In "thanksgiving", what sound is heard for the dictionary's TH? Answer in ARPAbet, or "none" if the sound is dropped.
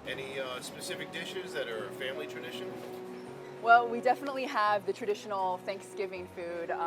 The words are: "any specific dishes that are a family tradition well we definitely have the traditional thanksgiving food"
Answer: TH